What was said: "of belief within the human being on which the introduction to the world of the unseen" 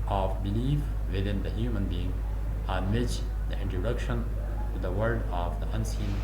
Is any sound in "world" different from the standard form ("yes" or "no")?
yes